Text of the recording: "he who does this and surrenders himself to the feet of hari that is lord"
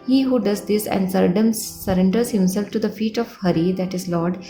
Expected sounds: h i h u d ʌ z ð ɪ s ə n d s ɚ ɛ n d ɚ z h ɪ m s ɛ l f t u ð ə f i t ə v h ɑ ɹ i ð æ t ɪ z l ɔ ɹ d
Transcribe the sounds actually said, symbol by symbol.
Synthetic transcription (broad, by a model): h i h u d ʌ z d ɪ s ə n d s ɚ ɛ n d ɚ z h ɪ m s ɛ l f t u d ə f i t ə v h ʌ ɹ i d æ t ɪ z l ɔ ɹ d